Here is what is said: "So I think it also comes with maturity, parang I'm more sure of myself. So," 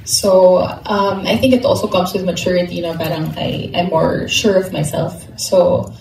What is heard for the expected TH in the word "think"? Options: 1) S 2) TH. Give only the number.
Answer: 2